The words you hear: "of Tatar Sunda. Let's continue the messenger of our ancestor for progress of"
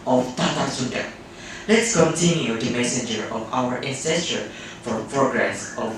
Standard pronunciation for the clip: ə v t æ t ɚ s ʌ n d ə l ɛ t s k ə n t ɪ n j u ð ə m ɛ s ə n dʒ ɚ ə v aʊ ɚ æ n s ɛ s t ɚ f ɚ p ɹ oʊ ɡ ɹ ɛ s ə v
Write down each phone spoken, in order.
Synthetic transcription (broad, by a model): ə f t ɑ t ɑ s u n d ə l ɛ t s k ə n t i n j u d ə m ɛ s ə n dʒ ɚ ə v aʊ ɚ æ n s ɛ s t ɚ f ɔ p ɹ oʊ ɡ ɹ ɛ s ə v